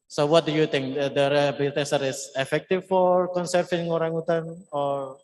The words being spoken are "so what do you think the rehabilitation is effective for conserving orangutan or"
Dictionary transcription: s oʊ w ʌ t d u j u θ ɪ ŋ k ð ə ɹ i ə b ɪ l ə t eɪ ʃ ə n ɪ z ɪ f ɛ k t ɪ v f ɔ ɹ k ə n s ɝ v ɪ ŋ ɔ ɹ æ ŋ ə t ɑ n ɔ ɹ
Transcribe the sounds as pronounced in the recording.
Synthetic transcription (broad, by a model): s oʊ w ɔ t d u j u t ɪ ŋ k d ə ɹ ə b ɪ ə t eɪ s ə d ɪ s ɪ f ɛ k t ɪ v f ɔ ɹ k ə n s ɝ f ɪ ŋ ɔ ɹ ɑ ŋ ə t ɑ n ɔ ɹ